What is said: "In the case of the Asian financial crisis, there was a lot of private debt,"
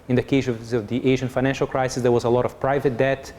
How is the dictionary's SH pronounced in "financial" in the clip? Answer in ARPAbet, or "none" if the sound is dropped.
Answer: SH